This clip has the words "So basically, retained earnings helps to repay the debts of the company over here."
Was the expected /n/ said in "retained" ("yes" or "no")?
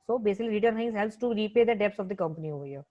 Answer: no